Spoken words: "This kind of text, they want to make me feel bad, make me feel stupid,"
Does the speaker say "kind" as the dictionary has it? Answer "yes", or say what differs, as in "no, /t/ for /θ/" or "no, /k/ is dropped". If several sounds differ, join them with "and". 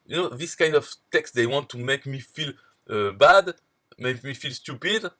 yes